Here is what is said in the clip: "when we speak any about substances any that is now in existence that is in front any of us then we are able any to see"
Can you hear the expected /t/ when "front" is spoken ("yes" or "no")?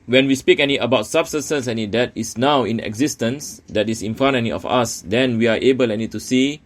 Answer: no